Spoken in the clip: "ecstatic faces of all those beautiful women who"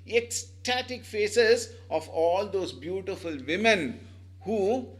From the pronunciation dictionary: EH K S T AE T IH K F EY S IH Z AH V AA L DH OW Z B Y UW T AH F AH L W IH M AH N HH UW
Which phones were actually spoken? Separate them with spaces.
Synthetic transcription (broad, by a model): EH K S T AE T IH K F EY S IH Z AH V AA L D OW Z B Y UW T AH F AH L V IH M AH N HH UW